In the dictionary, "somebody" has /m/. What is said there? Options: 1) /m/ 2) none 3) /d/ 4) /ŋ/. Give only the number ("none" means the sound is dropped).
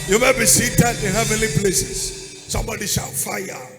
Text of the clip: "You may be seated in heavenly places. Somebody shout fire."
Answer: 1